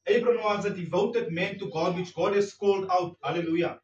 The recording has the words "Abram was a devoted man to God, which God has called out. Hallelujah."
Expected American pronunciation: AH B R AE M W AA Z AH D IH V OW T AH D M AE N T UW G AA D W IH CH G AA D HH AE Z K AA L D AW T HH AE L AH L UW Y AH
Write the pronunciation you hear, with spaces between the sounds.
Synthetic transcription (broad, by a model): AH B R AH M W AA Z AH D IH V OW T AH D M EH N T UW G AA D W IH CH G AA D HH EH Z K AA L D AW T HH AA L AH L UW Y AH